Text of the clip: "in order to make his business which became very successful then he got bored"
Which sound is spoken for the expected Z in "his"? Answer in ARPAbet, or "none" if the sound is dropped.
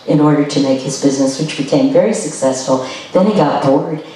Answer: Z